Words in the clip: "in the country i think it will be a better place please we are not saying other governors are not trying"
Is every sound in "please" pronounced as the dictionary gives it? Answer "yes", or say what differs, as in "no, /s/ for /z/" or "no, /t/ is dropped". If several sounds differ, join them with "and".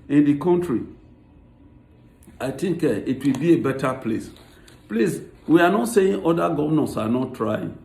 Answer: no, /s/ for /z/